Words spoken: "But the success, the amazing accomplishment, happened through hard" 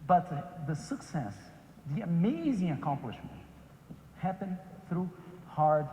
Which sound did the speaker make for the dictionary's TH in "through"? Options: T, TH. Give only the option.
TH